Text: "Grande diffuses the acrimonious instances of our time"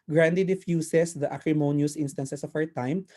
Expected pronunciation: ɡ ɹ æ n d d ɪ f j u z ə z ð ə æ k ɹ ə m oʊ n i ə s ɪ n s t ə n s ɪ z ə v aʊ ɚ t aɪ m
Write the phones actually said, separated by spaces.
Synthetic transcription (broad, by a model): ɡ ɹ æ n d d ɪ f j u s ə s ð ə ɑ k ɹ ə m oʊ n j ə s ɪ n s t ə n s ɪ s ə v aʊ ɚ t aɪ m